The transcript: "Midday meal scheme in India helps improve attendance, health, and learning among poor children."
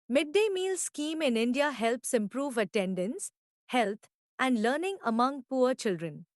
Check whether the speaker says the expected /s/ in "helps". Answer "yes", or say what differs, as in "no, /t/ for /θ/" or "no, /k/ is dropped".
yes